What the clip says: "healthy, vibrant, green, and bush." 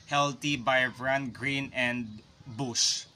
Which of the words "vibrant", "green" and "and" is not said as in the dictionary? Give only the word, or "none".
vibrant